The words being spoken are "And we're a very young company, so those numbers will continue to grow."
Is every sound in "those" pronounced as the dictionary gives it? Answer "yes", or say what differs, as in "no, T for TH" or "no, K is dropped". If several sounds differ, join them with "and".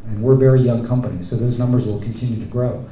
yes